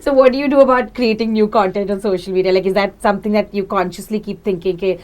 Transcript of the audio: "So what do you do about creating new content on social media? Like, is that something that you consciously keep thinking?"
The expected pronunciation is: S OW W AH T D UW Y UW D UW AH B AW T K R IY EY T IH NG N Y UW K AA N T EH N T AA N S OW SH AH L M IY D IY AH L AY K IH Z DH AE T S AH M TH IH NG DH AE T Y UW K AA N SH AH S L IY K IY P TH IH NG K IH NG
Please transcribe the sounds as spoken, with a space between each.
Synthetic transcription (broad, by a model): S OW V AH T D UW Y UW D UW AH B AW T K R IY EY T IH NG N Y UW K AA N T EH N T AA N S OW SH AH L M IY D IY AH L AY K IH Z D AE T S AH M T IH NG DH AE T Y UW K AA N SH AH S L IY K IY P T IH NG K IH NG